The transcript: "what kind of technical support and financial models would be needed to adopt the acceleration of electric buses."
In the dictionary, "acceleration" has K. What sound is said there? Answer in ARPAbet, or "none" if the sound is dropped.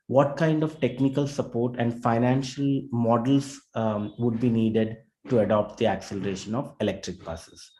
K